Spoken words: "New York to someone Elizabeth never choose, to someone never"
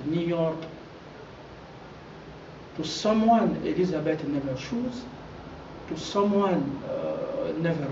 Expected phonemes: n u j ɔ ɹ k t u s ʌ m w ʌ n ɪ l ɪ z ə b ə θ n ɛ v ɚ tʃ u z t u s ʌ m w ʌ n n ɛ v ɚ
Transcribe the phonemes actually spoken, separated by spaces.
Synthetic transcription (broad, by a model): n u j ɔ ɹ k t u s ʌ m w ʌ n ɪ l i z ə b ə t n ɛ v ɚ ʃ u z t u s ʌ m w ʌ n n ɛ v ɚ